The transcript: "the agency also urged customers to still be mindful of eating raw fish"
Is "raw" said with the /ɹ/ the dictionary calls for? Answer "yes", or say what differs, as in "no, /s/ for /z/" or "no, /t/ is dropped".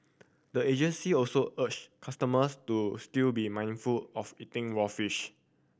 no, /w/ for /ɹ/